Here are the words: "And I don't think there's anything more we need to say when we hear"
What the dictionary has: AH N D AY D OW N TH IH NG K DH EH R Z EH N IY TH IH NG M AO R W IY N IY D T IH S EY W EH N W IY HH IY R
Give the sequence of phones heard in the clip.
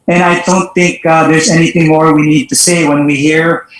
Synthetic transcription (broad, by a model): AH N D AY D OW N TH IH NG K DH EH R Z EH N IY TH IH NG M AO R W IY N IY D T IH S EY W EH N W IY HH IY R